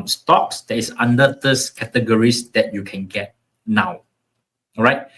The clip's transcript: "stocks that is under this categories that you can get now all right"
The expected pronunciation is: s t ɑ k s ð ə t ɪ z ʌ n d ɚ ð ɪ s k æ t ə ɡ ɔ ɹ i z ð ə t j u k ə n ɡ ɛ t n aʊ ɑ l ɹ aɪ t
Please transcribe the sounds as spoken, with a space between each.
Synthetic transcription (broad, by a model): s t ɑ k s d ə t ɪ s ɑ n d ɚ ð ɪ s k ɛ t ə ɡ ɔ ɹ i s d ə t j u k ə n ɡ ɛ t n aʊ ɑ w ɹ aɪ t